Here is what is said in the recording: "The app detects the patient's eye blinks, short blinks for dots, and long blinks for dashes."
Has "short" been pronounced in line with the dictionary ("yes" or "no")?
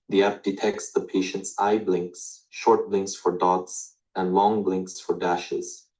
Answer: yes